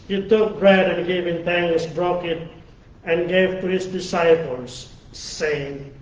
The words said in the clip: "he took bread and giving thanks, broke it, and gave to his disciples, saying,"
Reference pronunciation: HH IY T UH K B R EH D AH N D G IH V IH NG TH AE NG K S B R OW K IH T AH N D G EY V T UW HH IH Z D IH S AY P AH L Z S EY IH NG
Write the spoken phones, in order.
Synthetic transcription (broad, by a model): HH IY T UH K B R EH D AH N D G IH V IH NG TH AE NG S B R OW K IH T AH N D G EY V T UW HH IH S D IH S AY P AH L S EY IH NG